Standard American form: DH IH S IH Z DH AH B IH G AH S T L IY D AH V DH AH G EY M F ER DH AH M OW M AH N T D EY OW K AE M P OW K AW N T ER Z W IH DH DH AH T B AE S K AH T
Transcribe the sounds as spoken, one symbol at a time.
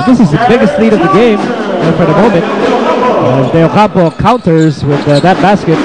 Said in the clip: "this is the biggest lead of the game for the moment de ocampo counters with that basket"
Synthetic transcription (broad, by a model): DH IH S IH Z DH AH B IH G AH S T L IY D AH V DH AH G EY M F ER DH AH M OW M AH N T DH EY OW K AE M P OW K AW N T ER Z W IH DH DH AH T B AE S K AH T